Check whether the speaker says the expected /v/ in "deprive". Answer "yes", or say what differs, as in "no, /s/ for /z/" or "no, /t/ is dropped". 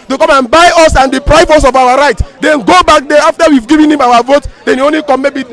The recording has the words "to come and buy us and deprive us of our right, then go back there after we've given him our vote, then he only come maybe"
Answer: no, /f/ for /v/